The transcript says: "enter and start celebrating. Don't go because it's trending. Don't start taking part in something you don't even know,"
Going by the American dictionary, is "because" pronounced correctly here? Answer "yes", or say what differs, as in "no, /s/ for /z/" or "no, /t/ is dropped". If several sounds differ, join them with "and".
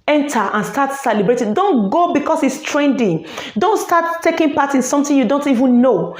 no, /s/ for /z/